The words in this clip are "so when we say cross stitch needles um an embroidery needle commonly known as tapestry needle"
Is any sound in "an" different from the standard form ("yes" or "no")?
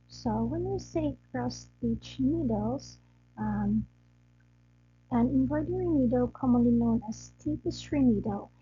no